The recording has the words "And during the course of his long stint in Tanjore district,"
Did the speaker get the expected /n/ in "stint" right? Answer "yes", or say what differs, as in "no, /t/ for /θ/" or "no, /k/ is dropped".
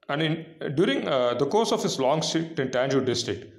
no, /n/ is dropped